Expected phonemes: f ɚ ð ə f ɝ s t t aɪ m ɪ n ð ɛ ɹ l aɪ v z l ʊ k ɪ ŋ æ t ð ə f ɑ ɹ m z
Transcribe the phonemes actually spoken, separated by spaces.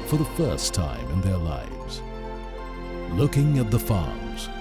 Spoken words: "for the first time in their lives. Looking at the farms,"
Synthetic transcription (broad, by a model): f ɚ ð ə f ɝ s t t aɪ m ɪ n ð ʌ ɹ l aɪ v z l ʊ k ɪ ŋ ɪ t ð ə f ɑ ɹ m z